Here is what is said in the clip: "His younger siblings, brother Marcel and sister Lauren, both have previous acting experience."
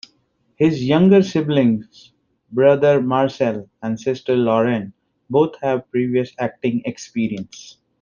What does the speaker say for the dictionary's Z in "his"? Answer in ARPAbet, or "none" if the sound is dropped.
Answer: Z